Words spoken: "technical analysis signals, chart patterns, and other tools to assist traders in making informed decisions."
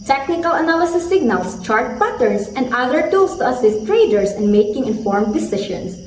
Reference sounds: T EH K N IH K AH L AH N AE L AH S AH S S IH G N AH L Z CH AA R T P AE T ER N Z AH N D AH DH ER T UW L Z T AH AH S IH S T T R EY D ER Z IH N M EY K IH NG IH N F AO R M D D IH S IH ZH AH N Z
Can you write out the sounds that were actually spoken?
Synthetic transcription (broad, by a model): T EH K N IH K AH L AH N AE L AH S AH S S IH G N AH L S CH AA R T P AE T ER N S AH N D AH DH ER T UW L S T AH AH S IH S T T R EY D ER S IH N M EY K IH NG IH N F AO R M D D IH S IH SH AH N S